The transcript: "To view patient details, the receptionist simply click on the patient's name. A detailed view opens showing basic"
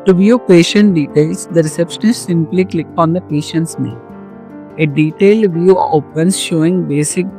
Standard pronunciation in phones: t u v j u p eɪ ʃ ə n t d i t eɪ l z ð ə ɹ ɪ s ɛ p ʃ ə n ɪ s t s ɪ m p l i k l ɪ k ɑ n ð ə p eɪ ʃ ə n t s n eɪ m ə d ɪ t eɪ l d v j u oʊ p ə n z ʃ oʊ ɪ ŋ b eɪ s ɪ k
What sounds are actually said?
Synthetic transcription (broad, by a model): t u v j u p eɪ ʃ ə n t d i t eɪ l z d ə ɹ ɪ s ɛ p ʃ ə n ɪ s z s ɪ m p l i k l ɪ k ɑ n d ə p eɪ ʃ ə n t s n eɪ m ə d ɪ t eɪ l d v j u oʊ p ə n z ʃ oʊ ɪ ŋ b eɪ s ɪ k